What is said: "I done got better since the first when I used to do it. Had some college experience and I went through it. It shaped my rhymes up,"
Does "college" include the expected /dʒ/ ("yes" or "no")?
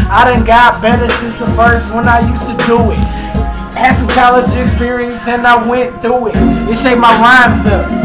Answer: no